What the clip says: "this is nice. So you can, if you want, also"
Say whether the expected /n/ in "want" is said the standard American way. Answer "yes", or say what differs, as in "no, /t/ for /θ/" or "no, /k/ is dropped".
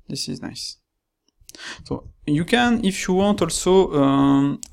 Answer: yes